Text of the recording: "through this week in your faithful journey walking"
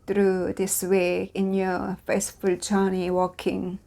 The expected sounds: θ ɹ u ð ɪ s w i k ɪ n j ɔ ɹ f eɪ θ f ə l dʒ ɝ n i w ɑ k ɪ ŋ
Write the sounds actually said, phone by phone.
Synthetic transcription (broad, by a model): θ ɹ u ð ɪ s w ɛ ɪ n j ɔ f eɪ t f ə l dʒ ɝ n i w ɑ k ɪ ŋ